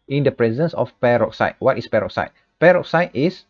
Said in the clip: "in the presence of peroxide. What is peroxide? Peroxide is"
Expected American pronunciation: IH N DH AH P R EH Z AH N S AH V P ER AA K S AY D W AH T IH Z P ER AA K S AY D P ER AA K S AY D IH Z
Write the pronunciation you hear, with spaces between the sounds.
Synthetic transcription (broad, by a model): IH N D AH P R EH Z AH N S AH F P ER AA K S AY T W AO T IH S P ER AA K S AY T P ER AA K S AY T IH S